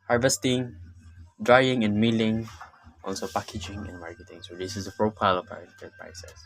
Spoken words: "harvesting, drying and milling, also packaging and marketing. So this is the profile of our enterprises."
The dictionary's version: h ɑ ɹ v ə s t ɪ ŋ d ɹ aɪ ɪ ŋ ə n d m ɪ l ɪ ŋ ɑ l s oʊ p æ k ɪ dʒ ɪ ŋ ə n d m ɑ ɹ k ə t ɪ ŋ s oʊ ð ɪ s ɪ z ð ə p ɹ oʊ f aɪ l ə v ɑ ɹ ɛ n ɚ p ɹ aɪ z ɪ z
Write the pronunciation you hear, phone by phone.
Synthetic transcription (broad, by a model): h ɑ ɹ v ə s t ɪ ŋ d ɹ aɪ ɪ ŋ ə n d m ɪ l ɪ ŋ ɑ l s oʊ p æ k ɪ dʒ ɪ ŋ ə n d m ɑ ɹ k ə t ɪ ŋ s oʊ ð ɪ s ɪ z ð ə p ɹ oʊ f aɪ l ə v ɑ w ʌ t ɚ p ɹ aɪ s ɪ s